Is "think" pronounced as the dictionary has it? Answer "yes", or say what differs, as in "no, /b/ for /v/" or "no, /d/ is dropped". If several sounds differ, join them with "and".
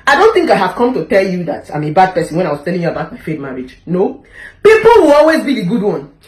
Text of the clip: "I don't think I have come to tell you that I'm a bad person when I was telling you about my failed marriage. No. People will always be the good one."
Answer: yes